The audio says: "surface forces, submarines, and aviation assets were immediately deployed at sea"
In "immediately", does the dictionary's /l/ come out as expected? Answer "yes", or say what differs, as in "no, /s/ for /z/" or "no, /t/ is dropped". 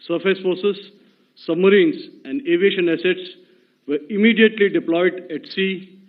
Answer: yes